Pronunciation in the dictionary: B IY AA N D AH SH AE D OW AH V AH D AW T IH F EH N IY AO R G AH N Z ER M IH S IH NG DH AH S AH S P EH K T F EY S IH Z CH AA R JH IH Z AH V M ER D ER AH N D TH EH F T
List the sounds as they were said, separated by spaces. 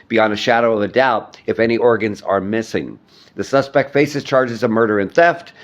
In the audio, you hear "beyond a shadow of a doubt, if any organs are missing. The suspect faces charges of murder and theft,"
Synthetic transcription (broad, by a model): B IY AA N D AH SH AE D OW AH V AH D AW T IH F EH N IY AO R G AH N Z ER M IH S IH NG DH AH S AH S P EH K T F EY S IH Z CH AA R JH IH Z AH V M ER D ER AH N TH EH F T